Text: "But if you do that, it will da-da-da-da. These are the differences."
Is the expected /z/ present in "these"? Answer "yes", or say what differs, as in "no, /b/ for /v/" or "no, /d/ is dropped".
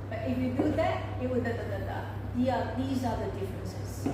yes